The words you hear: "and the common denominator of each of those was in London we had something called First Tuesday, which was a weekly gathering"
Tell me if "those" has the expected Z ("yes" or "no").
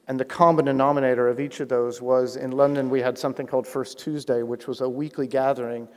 yes